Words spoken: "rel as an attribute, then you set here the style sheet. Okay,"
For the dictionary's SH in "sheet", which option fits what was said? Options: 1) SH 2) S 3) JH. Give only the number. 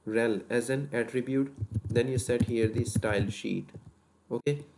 1